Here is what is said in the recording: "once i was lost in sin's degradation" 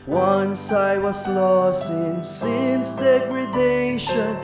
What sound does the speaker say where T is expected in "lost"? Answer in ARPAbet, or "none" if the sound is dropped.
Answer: T